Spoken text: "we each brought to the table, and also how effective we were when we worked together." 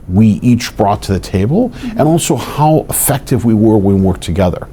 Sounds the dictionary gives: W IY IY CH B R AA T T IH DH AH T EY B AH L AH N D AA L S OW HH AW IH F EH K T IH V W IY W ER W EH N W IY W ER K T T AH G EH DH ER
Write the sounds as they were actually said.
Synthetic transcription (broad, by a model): W IY IY CH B R AA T T IH DH AH T EY B AH L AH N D AA L S OW HH AW IH F EH K T IH V W IY W ER W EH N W W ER K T T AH G EH DH ER